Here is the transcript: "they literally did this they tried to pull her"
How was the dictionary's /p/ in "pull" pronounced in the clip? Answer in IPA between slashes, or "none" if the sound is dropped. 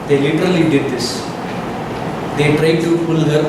/f/